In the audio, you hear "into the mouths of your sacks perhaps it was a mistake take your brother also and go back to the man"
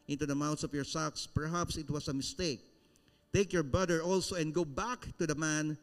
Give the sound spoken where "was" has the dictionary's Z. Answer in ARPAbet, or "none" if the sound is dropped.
S